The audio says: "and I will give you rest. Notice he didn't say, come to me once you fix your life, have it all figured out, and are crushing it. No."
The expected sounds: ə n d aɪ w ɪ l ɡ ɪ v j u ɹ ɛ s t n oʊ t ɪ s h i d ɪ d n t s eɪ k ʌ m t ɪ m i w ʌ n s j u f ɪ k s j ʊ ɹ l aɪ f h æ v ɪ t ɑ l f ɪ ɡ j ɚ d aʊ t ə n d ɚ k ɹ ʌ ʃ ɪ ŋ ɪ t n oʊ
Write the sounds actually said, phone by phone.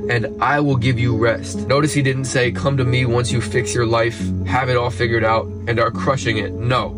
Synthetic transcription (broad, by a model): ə n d aɪ w ɪ l ɡ ɪ v j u ɹ ɛ s t n oʊ t ɪ s h i d ɪ d n t s eɪ k ʌ m t ɪ m i w ʌ n s j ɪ f ɪ k s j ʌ ɹ l aɪ f h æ v ɪ t ɑ l f ɪ ɡ j ɚ d aʊ t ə n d ɚ k ɹ ʌ ʃ ɪ ŋ ɪ t n oʊ